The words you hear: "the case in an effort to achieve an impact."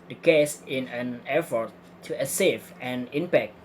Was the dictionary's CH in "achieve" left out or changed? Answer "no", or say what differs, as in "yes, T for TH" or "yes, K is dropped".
yes, S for CH